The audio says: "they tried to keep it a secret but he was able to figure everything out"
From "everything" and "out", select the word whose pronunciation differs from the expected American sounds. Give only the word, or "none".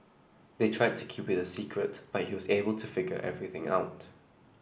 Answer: none